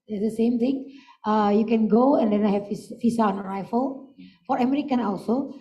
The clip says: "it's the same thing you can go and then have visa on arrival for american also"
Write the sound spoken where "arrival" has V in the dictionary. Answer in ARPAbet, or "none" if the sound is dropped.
F